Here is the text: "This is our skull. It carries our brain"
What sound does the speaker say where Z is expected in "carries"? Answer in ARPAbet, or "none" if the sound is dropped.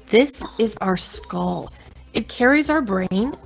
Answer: Z